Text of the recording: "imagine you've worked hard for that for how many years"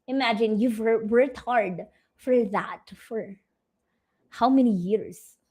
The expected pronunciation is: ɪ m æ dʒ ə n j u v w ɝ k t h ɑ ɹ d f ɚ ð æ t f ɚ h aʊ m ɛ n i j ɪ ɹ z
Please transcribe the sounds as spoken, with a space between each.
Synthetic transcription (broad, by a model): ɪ m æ dʒ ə n j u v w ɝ t h ɑ ɹ d f ɚ ð æ t f ɚ h aʊ m ɛ n i j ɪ ɹ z